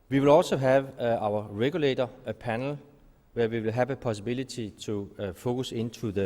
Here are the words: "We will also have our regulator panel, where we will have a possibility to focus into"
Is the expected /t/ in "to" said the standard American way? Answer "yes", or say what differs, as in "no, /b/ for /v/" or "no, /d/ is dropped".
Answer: no, /s/ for /t/